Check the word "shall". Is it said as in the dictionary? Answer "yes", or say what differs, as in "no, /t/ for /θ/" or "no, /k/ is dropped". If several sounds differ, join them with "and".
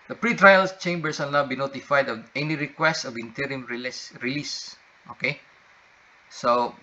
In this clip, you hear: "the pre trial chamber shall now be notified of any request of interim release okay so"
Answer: no, /s/ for /ʃ/